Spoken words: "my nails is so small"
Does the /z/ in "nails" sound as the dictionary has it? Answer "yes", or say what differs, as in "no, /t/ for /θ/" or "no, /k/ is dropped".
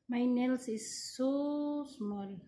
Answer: no, /s/ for /z/